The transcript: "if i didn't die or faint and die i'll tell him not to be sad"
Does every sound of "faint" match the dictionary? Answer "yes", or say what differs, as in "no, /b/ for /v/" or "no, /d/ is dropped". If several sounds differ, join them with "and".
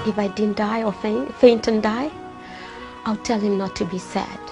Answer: yes